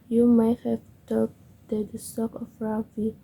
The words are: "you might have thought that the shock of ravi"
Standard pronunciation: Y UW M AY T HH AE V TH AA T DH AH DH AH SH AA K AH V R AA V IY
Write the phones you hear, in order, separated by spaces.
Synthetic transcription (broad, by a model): Y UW M AY T HH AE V T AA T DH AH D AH S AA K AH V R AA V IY